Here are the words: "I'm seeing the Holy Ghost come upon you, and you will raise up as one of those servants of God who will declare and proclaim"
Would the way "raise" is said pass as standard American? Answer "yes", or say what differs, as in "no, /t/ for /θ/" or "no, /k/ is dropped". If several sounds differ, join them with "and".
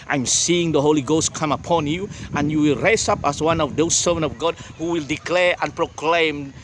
no, /s/ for /z/